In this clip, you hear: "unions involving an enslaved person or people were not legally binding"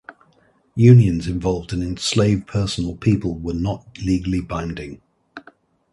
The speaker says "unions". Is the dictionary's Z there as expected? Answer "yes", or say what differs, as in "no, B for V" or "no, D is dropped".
yes